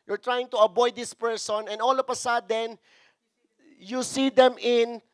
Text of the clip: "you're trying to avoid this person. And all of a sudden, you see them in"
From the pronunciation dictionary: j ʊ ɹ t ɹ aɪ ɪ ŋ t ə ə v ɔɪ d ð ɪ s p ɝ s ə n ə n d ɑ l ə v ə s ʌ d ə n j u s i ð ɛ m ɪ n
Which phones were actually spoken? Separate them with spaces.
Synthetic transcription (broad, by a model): j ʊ ɹ t ɹ aɪ ɪ ŋ t ə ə b ɔɪ d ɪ s p ɝ s ə n ə n d ɑ l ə p ə s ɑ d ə n j u s i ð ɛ m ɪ n